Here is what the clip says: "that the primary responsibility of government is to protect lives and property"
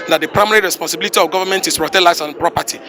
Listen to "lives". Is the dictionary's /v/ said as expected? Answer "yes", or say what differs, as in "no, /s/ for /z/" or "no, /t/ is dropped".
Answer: no, /v/ is dropped